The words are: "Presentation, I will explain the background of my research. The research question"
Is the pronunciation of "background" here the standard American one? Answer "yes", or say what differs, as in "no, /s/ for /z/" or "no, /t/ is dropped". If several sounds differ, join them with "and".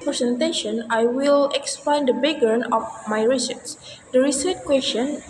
no, /k/ is dropped and /d/ is dropped